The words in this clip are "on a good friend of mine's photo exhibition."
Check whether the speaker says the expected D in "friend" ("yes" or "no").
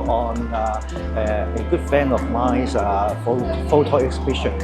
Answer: no